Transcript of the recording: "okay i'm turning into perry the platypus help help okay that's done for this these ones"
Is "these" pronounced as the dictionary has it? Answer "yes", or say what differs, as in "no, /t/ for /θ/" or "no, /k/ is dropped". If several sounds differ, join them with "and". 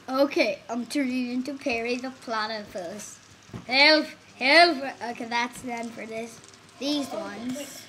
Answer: yes